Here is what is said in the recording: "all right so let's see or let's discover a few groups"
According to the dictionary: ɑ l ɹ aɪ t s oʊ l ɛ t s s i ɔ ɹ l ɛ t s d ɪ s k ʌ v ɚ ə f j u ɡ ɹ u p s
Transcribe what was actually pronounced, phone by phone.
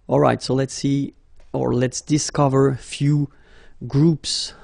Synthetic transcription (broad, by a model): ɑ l ɹ aɪ t s oʊ l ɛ t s s i ɔ ɹ l ɛ t s d ɪ s k ʌ v ɚ f j u ɡ ɹ u p s